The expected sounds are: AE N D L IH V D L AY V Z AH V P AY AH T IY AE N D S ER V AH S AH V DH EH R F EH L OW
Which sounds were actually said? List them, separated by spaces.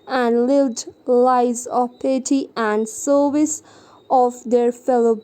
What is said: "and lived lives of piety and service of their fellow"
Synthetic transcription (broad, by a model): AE N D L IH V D L AY Z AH P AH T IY AE N D S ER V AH S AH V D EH R F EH L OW